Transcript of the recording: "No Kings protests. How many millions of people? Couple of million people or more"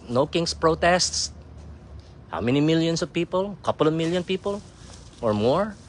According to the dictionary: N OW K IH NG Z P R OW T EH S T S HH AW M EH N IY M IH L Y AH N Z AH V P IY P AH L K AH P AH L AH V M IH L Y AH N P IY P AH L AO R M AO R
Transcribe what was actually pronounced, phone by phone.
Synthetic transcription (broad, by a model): N OW K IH NG S P R OW T EH S T S HH AW M EH N IY M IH L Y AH N S AH V P IY P AH L K AH P AH L AH V M IH L Y AH N P IY P AH L AO R M AO R